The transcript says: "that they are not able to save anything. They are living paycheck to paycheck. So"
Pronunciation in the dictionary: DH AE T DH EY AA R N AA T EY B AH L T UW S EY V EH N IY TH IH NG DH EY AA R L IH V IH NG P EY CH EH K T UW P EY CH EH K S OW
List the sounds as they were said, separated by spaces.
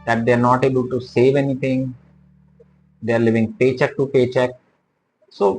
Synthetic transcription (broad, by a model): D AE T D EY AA R N AA T EY B AH L T UW S EY V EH N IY T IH NG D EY AA R L IH V IH NG P EY CH EH K T UW P EY CH EH K S OW